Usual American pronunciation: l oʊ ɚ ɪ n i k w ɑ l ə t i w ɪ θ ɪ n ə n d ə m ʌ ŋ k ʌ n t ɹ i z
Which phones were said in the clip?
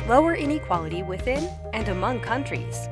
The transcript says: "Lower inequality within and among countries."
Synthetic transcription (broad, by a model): l oʊ ɚ ɪ n i k w ɑ l ə t i w ɪ θ ɪ n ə n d ə m ʌ ŋ k ʌ n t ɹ i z